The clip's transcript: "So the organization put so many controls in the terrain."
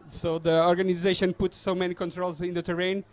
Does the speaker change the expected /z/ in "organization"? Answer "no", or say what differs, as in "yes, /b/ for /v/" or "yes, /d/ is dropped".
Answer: no